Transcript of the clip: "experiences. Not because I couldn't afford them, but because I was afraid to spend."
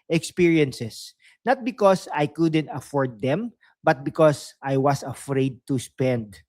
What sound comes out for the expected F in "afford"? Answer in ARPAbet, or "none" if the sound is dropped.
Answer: F